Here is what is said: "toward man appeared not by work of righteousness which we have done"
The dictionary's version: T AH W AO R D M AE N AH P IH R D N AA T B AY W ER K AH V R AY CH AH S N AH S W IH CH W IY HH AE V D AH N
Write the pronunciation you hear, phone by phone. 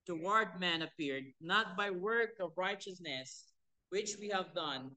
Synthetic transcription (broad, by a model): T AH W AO R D M AE N AH P IH R D N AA T B AY W ER K AH V R AY CH AH S N AH S W IH CH W IY HH AE V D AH N